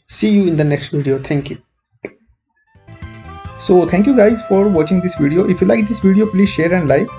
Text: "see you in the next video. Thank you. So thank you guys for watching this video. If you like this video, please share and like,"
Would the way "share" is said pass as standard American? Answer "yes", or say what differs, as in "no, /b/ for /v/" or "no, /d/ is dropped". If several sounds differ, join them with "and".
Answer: yes